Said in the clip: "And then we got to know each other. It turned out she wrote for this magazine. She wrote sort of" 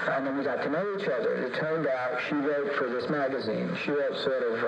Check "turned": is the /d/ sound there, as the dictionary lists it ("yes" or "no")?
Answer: yes